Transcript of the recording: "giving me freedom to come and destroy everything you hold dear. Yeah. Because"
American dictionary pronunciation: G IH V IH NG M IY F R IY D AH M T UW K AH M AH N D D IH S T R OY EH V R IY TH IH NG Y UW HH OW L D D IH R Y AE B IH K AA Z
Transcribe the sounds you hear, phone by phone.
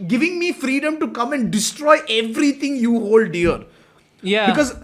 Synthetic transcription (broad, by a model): G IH V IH NG M IY F R IY D AH M T UW K AH M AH N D D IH S T R OY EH V R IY T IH NG Y UW HH OW L D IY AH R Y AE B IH K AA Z